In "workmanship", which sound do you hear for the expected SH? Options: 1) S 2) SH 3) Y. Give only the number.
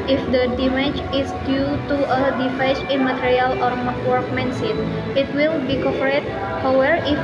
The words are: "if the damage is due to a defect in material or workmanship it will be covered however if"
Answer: 1